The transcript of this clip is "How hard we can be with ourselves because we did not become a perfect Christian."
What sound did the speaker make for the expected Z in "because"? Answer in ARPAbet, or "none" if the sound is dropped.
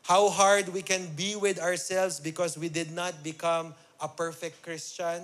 S